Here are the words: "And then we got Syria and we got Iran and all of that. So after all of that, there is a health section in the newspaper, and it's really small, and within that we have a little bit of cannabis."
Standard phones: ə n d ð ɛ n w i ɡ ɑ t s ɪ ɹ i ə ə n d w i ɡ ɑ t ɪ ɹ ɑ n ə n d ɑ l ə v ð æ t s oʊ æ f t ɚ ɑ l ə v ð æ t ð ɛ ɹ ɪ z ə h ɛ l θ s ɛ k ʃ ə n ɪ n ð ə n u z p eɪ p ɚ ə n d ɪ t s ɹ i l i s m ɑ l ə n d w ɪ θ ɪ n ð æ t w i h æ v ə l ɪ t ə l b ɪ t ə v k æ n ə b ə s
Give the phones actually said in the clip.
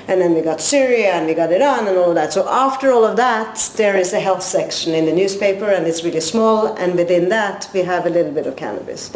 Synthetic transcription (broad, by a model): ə n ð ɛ n w i ɡ ɑ t s ɪ ɹ i ə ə n w i ɡ ɑ t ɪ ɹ n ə n ɑ l ə v ð æ t s oʊ æ f t ɚ ɑ l ə v ð æ t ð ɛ ɹ ɪ z ə h ɛ l θ s ɛ k ʃ ə n ɪ n ð ə n u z p eɪ p ɚ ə n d ɪ t s ɹ i l i s m ɑ l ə n w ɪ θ ɪ n ð æ t w i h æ v ə l ɪ t l b ɪ t ə v k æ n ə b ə s